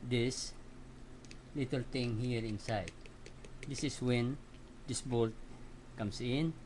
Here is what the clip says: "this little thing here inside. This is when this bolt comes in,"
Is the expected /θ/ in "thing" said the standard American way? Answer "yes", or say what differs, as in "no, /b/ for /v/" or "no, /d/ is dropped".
no, /t/ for /θ/